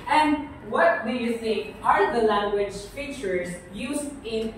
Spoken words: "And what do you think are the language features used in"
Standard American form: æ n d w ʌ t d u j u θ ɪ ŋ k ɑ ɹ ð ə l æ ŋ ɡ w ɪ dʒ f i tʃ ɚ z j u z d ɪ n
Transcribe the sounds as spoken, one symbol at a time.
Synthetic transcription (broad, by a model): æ n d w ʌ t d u j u s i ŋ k ɑ ɹ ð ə l æ ŋ ɡ w ɪ dʒ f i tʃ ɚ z j u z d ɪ n